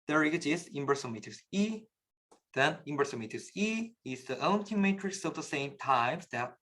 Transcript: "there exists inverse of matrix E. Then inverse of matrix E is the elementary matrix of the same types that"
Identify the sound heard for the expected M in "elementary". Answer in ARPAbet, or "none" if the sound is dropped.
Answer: none